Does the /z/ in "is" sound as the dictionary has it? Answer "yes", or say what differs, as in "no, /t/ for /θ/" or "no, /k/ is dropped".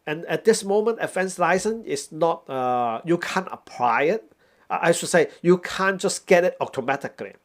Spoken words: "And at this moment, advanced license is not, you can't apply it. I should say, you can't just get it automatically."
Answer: no, /s/ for /z/